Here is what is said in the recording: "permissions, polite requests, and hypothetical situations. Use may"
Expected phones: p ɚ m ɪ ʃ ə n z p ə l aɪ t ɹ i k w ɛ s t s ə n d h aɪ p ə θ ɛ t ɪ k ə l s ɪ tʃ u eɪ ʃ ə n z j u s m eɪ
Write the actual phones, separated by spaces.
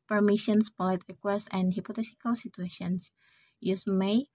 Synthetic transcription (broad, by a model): p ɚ m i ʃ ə n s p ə l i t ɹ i k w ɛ s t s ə n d h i p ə t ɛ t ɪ k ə l s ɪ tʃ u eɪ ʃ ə n s j u s m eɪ